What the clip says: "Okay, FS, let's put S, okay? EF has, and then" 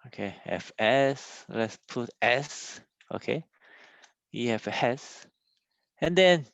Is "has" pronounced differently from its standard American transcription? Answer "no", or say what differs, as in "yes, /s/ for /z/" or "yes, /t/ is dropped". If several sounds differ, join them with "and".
yes, /s/ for /z/